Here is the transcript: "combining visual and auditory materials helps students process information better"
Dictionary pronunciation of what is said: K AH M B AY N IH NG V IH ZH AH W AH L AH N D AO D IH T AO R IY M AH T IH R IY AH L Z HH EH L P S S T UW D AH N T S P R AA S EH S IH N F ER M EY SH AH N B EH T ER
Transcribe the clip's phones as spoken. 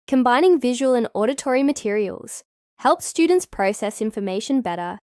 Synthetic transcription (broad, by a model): K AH M B AY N IH NG V IH ZH AH W AH L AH N AO D IH T AO R IY M AH T IH R IY AH L Z HH EH L P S S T UW D N T S P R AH S EH S IH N F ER M EY SH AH N B EH T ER